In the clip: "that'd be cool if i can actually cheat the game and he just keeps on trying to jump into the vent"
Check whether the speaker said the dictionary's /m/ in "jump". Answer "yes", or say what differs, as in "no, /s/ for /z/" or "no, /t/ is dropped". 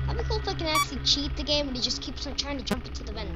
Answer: yes